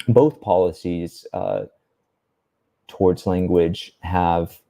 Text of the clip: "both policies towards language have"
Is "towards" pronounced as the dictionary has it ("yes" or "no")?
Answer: yes